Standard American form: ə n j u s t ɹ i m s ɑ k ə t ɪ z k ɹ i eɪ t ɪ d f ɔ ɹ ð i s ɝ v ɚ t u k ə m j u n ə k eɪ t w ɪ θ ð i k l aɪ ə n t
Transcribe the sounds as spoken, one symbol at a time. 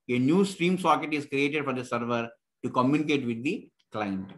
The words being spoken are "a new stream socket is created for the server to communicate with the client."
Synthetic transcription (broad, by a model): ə n j u s t ɹ i m s ɑ k ə t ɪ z k ɹ i eɪ t ɪ d f ɔ ɹ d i s ɝ v ɚ t u k ə m j u n ə k eɪ t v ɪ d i k l aɪ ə n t